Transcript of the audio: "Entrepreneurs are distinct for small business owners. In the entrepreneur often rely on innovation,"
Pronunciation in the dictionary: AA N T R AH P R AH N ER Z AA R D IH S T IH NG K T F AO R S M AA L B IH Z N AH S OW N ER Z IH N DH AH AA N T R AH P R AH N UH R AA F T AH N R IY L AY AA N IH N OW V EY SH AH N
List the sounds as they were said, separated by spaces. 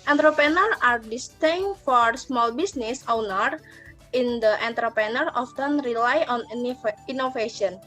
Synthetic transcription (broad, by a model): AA N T R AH P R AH N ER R AA R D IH S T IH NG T F AO R S M AA L B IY S N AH S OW N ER IH N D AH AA N T R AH P R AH N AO R AA F T AH N R IY L AY AA N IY N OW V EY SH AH N